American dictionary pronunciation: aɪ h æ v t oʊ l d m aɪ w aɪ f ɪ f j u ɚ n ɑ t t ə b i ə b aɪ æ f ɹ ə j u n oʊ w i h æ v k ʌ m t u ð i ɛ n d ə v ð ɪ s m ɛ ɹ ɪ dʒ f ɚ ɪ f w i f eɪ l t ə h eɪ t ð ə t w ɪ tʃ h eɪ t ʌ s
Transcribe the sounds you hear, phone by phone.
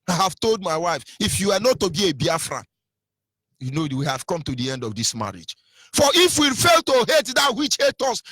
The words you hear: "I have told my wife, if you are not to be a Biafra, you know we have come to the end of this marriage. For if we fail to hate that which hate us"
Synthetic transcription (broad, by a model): aɪ h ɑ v t oʊ l d m aɪ w aɪ f ɪ f j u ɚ n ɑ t t ə b i ə b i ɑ f ɹ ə j u n oʊ w i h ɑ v k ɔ m t u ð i ɛ n d ə v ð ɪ s m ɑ ɹ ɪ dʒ f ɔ ɪ f w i f eɪ l t ə h eɪ t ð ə t w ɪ tʃ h eɪ t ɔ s